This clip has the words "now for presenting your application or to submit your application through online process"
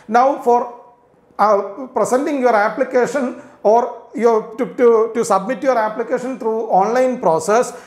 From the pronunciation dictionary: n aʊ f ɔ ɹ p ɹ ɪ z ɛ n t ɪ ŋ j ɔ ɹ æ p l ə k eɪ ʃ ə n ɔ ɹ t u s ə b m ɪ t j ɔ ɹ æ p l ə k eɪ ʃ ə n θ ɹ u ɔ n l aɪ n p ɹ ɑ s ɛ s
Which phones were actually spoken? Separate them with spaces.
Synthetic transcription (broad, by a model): n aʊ f ɔ ɹ p ɹ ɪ s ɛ n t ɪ ŋ j ɔ ɹ æ p l ə k eɪ ʃ ə n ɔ ɹ t u s ə b m ɪ t j ɔ ɹ æ p l ə k eɪ ʃ ə n t ɹ u ɔ n l aɪ n p ɹ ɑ s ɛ s